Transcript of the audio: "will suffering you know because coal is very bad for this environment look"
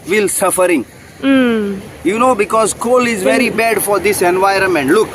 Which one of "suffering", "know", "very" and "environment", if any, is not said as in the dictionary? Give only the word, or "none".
none